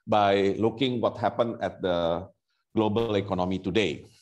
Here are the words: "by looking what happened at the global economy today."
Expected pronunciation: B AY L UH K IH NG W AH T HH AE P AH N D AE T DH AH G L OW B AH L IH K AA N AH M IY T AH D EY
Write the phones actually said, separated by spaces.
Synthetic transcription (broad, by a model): B AY L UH K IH NG W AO T HH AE P AH N EH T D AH G L OW B AH L IH K AA N AH M IY T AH D EY